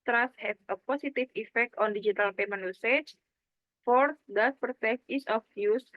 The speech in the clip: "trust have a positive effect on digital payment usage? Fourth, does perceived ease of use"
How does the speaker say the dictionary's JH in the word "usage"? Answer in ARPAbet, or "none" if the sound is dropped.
CH